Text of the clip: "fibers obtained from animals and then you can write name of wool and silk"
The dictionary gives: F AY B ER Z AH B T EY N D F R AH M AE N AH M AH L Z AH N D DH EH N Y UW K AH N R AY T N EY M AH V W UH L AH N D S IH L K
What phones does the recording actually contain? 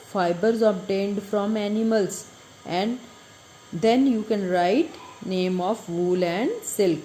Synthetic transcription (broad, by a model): F AY B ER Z AH B T EY N D F R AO M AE N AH M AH L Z AH N D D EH N Y UW K AH N R AY T N EY M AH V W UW L AH N D S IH L K